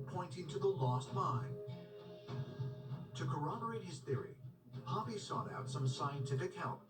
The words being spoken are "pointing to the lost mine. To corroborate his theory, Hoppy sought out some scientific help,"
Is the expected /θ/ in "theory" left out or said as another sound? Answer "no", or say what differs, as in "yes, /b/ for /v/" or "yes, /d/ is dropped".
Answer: no